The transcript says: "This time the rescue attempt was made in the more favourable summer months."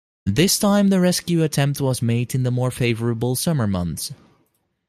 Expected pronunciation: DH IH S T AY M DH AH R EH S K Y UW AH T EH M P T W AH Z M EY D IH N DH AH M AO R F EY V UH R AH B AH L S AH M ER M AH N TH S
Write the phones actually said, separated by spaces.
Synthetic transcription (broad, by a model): DH IH S T AY M DH AH R EH S K Y UW AH T EH M P T W AH Z M EY D IH N DH AH M AO R F EY V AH R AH B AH L S AH M ER M AH N TH S